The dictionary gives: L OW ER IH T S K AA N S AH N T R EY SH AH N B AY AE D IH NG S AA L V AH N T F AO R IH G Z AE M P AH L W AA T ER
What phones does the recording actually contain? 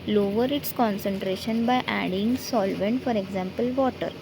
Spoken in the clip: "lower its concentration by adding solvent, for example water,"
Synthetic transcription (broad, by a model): L OW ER IH T S K AA N S AH N T R EY SH AH N B AY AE D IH NG S AA L V AH N T F AO R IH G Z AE M P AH L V AA T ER